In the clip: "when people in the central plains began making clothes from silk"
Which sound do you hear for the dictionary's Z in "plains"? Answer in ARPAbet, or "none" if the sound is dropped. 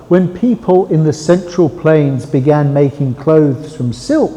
Z